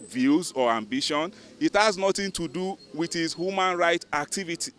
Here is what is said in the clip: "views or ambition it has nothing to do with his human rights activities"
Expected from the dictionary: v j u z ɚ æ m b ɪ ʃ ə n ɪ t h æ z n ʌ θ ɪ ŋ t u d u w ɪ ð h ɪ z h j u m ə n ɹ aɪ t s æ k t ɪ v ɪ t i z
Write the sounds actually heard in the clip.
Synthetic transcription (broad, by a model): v j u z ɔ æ m b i ʃ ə n ɪ t h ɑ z n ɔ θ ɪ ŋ t u d u w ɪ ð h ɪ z h j u m ə n ɹ aɪ t æ k t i v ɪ t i